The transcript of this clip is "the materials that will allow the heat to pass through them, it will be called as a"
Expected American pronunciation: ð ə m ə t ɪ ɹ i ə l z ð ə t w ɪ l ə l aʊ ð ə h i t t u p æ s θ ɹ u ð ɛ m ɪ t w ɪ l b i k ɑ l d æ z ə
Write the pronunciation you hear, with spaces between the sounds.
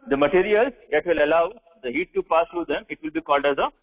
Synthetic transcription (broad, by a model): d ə m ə t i ɹ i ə l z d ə t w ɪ l ə l aʊ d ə h i t t u p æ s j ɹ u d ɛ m ɪ t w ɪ l b i k ɑ l d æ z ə